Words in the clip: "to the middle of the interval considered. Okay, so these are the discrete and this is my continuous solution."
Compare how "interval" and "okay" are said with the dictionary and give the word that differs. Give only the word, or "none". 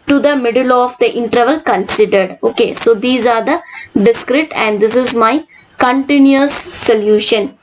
none